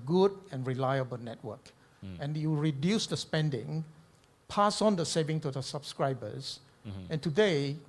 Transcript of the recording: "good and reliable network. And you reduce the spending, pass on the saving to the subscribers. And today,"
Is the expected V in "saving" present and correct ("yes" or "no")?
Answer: yes